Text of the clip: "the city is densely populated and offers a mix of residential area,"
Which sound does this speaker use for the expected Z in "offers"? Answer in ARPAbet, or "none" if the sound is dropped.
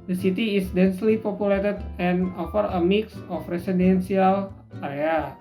none